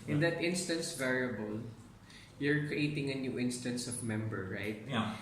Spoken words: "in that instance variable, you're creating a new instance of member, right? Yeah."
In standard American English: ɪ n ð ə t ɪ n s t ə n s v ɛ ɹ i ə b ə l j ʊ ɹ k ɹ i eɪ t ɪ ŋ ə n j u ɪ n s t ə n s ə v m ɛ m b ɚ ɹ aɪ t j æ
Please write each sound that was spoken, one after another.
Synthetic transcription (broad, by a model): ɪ n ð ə t ɪ n s t ə n s v ɛ ɹ i ə b ə l j ʊ ɹ k ɹ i eɪ t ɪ ŋ ə n j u ɪ n s t ə n s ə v m ɛ m b ɚ ɹ aɪ t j